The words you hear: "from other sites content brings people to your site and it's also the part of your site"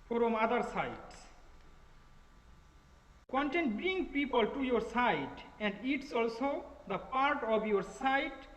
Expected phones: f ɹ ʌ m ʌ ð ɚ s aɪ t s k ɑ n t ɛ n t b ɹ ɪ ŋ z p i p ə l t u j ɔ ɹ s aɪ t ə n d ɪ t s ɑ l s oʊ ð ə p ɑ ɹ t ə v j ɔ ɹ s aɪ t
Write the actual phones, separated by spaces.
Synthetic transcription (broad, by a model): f ɹ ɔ m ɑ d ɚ s aɪ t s k ɑ n t ɛ n t b ɹ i ŋ p i p ə l t u j ɔ ɹ s aɪ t ə n d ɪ t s ɑ l s oʊ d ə p ɑ ɹ t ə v j ɔ ɹ s aɪ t